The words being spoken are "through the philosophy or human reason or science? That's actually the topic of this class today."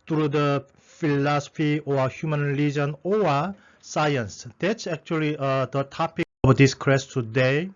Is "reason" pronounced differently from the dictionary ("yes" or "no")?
yes